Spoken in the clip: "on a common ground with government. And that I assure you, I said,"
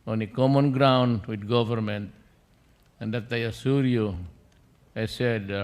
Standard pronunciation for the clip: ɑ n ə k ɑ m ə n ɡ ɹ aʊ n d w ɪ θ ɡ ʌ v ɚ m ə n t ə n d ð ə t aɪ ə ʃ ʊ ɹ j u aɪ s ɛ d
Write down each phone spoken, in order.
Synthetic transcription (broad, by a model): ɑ n ə k ɑ m ə n ɡ ɹ aʊ n d w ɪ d ɡ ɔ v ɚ m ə n t ə n d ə t aɪ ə s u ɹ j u aɪ s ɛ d